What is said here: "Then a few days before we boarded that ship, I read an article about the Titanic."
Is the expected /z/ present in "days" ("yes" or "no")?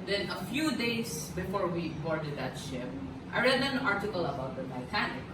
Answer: no